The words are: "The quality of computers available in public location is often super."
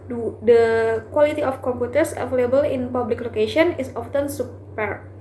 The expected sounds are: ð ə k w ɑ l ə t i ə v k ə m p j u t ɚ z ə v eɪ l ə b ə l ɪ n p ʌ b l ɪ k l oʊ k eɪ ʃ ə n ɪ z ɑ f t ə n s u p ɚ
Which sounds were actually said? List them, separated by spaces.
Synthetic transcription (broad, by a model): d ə k w ɑ l ə t i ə f k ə m p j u t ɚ s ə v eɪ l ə b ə l ɪ n p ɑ b l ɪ k l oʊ k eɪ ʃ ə n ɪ s ɑ f t ə n s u p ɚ